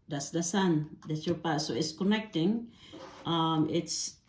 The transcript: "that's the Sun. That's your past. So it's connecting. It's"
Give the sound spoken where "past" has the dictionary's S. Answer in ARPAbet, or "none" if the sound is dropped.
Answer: none